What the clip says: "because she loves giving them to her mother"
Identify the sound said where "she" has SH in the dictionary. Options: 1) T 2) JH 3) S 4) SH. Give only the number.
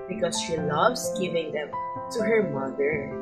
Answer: 4